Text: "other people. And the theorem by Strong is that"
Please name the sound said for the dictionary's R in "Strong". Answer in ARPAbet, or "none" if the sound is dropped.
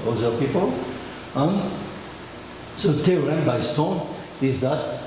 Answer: none